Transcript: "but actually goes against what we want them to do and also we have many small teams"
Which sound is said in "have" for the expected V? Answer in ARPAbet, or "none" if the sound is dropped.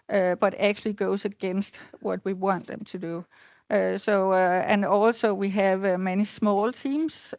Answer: V